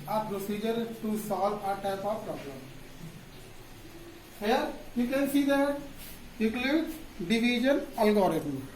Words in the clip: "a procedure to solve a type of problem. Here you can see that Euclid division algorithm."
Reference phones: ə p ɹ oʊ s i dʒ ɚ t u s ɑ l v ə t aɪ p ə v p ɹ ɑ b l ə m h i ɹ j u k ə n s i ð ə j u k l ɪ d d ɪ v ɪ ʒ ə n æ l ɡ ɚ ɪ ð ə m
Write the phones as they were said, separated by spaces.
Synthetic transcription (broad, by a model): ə p ɹ oʊ s i dʒ ɚ t u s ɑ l ə t aɪ p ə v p ɹ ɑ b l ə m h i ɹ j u k ə n s i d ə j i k l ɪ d d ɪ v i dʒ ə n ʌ l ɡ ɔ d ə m